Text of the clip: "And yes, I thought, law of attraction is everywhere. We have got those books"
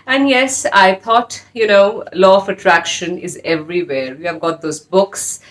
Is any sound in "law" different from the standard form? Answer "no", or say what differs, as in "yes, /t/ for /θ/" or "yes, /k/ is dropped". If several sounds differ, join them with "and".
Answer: yes, /n/ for /l/